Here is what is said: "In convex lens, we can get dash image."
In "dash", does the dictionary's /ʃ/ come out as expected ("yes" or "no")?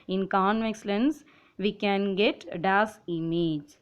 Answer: no